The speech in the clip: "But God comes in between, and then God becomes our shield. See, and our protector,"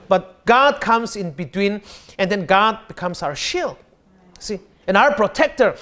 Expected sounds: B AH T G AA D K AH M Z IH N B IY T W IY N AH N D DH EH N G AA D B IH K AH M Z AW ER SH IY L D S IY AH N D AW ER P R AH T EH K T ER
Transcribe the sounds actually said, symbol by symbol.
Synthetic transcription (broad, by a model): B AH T G AA D K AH M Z IH N B IY T W IY N AH N D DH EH N G AA D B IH K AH M S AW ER SH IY L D S IY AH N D AW ER P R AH T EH K T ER